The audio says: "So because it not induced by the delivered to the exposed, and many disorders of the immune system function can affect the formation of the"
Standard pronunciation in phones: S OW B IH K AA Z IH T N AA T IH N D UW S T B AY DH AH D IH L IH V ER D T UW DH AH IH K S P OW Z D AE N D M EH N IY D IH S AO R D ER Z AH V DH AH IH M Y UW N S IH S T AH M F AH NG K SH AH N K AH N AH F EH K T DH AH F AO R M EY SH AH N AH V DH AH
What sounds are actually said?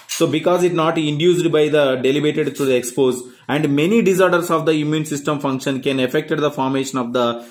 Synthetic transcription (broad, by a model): S OW B IH K AA Z IH T N AA T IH N D UW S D B AY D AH D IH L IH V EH D T UW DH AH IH K S P OW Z AE N D M EH N IY D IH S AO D D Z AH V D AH IH M Y UW N S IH S T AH M F AH NG K SH AH N K AH N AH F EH K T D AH F AO R M EY SH AH N AH V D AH